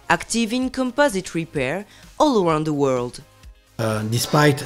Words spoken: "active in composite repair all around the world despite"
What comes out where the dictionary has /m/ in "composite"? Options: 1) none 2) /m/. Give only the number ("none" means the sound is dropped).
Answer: 2